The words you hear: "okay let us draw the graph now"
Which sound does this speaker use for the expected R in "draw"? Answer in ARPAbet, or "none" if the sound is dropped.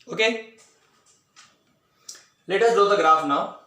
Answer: none